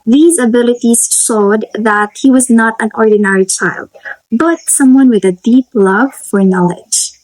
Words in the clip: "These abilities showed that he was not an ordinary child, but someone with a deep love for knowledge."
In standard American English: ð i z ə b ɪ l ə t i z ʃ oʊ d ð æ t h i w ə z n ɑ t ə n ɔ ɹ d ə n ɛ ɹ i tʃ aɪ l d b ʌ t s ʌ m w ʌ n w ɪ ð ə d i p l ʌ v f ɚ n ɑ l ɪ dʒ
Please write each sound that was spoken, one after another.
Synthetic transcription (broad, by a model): ð i z ə b ɪ l ə t i z ʃ oʊ d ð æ t h i w ə z n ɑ t ə n ɔ ɹ d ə n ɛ ɹ i tʃ aɪ l d b ʌ t s ʌ m w ʌ n w ɪ ð ə d i p l ʌ v f ɚ n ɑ l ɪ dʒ